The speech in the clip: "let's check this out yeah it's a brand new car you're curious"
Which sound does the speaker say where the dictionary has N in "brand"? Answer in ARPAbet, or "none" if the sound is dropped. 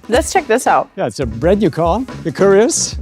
none